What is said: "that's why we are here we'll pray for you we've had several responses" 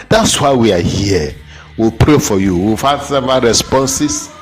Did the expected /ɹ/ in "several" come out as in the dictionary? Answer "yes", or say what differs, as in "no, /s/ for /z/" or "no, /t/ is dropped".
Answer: no, /ɹ/ is dropped